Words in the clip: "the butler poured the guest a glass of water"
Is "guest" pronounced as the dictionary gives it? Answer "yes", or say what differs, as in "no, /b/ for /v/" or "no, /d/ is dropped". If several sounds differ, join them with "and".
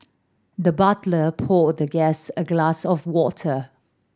no, /t/ is dropped